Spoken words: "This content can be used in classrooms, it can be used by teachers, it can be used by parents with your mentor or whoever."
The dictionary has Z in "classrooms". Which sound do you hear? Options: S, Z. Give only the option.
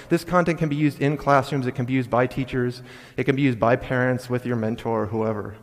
Z